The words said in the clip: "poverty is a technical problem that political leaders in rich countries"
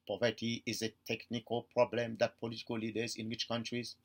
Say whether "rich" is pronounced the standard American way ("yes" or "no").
no